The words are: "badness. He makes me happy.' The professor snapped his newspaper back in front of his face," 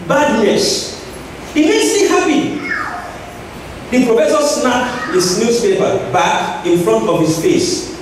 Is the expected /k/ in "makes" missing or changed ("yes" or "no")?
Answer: yes